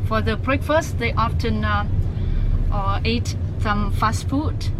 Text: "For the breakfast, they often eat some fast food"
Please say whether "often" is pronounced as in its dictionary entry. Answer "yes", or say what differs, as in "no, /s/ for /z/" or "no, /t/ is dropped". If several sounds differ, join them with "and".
yes